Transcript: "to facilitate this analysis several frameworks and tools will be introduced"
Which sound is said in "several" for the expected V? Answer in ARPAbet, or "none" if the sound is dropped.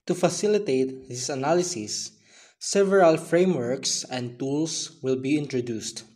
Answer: V